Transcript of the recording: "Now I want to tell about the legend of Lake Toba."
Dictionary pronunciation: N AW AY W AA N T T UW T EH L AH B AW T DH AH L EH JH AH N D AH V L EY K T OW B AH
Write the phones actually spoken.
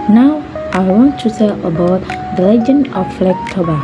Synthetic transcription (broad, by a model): N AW AY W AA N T T UW S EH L AH B AW T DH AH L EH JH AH N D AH F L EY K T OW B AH